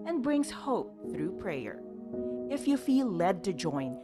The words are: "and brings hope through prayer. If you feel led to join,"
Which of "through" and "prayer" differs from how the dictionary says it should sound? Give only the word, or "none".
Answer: none